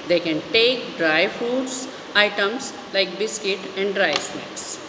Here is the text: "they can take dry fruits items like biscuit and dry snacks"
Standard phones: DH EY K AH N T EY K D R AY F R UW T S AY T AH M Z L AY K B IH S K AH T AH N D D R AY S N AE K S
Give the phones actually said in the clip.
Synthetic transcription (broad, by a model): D EY K AH N T EY K D R AY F UW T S AY T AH M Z L AY K B IH S K AH T AH N D D R AY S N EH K S